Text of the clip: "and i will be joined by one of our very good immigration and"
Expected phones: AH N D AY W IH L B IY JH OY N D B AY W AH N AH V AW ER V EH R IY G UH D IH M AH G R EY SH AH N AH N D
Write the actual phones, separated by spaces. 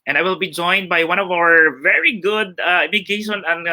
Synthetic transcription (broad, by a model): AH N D AY W IH L B IY JH OY N D B AY W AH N AH V AW ER V EH R IY G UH D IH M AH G EY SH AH N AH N